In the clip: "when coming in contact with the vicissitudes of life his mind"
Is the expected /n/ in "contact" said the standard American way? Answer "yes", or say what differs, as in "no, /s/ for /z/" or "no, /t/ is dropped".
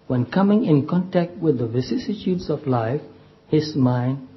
yes